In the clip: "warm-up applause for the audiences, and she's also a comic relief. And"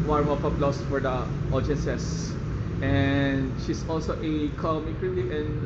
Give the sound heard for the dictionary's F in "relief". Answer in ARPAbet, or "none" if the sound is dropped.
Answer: none